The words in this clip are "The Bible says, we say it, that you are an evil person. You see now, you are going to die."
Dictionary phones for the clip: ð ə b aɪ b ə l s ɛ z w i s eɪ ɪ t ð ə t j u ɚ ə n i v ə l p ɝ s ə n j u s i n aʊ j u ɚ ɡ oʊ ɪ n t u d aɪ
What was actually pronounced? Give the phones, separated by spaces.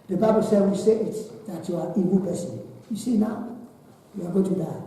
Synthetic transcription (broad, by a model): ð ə b aɪ b ə l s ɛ w i s eɪ ɪ t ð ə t j u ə i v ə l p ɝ s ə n j u s i n aʊ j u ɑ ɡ oʊ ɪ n t u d aɪ